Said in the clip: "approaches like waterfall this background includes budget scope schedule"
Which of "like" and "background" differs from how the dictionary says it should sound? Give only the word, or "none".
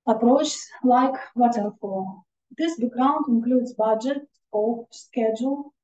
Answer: background